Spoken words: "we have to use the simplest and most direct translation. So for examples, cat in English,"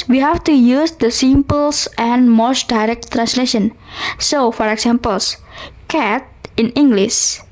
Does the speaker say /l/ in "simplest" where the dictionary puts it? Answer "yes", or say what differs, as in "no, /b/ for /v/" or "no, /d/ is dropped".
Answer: no, /l/ is dropped